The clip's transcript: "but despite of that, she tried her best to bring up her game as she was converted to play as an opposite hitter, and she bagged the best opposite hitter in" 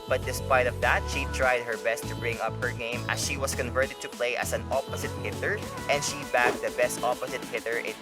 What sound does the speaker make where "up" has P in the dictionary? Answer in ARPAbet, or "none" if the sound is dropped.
P